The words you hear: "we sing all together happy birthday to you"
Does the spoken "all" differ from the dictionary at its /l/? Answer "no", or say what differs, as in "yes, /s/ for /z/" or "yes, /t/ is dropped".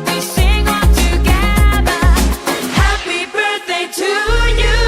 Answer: yes, /n/ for /l/